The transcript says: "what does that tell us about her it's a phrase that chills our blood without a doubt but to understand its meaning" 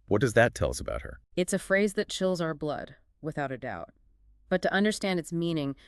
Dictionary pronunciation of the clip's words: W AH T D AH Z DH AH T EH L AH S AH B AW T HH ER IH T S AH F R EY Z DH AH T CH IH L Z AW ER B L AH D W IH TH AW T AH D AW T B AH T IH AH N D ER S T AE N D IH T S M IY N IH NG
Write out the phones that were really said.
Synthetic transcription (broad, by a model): W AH T D AH Z DH AH T EH L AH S AH B AW T HH ER IH T S AH F R EY Z DH AH T CH IH L Z AW ER B L AH D W IH TH AW T AH D AW T B AH T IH AH N D ER S T AE N D IH T S M IY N IH NG